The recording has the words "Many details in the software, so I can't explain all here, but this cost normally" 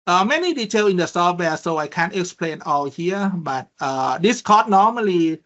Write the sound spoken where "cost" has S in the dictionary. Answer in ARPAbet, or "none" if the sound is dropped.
none